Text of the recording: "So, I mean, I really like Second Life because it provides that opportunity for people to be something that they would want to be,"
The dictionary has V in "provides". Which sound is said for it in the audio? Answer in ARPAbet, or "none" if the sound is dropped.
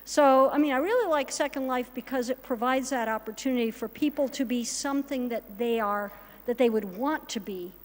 V